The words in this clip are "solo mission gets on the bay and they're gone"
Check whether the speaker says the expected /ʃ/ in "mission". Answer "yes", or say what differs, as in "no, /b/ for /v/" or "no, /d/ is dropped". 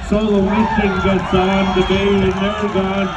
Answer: no, /s/ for /ʃ/